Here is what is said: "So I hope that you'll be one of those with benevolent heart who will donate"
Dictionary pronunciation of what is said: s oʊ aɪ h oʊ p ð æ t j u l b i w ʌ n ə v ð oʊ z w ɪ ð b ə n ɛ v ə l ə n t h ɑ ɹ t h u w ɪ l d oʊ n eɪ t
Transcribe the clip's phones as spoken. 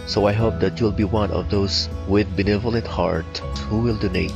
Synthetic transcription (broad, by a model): s oʊ aɪ h oʊ p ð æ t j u l b i w ʌ n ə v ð oʊ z w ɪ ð b ə n ɛ v ə l ə n t h ɑ ɹ t h u w ɪ l d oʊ n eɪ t